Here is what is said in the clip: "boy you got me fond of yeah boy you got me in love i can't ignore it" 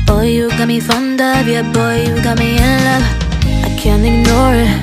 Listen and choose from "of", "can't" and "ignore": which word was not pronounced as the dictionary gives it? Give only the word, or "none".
of